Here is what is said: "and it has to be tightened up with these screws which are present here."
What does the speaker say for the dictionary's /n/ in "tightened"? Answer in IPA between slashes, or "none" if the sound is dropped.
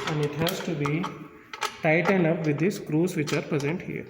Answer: /n/